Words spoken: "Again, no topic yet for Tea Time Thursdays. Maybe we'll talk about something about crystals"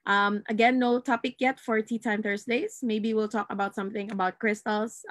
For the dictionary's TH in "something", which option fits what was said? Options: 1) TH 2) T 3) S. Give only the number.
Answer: 1